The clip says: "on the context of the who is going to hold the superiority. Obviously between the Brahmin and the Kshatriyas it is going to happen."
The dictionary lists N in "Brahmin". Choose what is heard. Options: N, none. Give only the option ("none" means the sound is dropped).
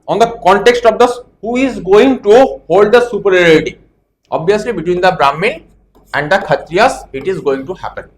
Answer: none